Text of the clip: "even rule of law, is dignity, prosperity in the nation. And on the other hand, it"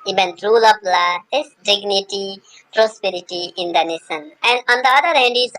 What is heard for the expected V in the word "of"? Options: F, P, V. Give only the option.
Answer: P